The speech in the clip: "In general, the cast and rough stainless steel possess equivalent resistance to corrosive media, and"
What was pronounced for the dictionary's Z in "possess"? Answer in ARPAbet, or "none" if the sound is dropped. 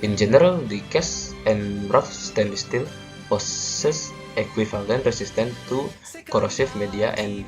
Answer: S